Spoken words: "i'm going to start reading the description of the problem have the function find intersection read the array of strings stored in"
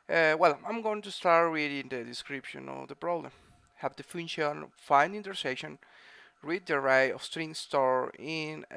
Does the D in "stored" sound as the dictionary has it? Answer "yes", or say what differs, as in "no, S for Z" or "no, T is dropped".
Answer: no, D is dropped